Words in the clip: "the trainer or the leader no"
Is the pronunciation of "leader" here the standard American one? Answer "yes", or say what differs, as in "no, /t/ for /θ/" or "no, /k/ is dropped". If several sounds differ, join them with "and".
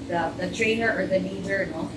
no, /n/ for /l/